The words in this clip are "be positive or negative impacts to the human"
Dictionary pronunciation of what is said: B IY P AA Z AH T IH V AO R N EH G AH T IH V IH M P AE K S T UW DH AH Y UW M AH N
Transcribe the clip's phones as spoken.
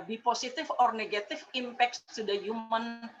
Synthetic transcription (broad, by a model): B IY P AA S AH T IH F AO R N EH G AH T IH F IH M P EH K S T UW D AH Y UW M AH N